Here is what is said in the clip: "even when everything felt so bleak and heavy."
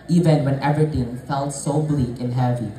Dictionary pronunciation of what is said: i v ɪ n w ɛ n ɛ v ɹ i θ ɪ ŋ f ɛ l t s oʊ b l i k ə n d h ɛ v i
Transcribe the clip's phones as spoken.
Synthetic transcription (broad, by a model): i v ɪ n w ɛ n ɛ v i t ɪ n f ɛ l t s oʊ b l i k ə n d h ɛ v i